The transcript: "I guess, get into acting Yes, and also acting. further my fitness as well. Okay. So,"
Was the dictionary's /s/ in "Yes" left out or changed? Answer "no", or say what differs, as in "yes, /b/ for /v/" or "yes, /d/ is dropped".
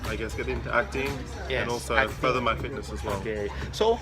yes, /s/ is dropped